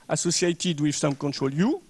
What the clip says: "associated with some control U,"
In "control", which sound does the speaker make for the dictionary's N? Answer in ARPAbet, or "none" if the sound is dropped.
N